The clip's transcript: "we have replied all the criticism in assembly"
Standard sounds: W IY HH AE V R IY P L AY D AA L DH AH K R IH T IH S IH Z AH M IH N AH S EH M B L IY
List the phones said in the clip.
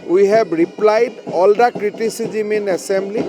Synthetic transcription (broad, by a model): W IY HH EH B R IY P L AY D AA L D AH K R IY T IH S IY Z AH M IH N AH S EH M B L IY